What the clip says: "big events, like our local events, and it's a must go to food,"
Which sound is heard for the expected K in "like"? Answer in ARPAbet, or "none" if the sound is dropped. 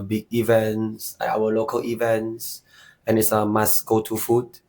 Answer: none